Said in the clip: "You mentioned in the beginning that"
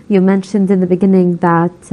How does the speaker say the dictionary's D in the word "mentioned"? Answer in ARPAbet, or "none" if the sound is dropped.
D